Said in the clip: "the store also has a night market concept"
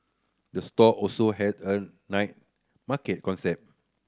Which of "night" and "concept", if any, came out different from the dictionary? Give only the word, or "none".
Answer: concept